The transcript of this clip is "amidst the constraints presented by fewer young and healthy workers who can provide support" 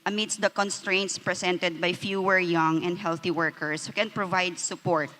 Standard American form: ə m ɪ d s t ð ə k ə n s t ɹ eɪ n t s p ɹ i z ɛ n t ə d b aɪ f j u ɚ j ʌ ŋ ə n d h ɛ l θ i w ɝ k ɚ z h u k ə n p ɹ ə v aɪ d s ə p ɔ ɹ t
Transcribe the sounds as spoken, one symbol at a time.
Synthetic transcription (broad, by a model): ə m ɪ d s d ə k ə n s t ɹ eɪ n t s p ɹ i s ɛ n t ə d b aɪ f j u ɚ j ʌ ŋ ə n d h ɛ l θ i w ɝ k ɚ s h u k ə n p ɹ ə v aɪ d s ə p ɔ ɹ t